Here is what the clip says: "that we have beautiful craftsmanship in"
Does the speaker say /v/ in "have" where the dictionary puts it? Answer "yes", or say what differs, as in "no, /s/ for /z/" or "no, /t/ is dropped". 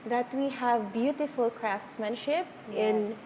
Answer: yes